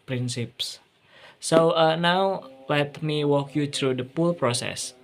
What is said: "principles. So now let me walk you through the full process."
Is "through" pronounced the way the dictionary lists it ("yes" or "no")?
no